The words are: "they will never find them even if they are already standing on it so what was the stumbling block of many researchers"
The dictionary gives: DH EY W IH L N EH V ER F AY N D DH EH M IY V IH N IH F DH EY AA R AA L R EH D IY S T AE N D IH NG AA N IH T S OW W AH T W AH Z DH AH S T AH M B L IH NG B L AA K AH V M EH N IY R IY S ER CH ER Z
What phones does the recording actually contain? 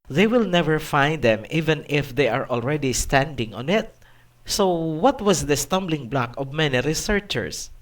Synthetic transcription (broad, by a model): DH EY W IH L N EH V ER F AY N D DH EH M IY V IH N IH F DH EY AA R AA L R EH D IY S T AE N D IH NG AA N IH T S OW W AH T W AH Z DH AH S T AH M B L IH NG B L AA K AH V M EH N IY R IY S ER CH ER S